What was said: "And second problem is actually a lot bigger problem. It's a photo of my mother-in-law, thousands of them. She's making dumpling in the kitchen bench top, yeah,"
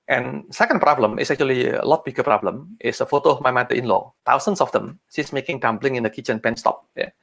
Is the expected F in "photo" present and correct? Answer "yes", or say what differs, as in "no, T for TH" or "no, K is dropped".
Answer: yes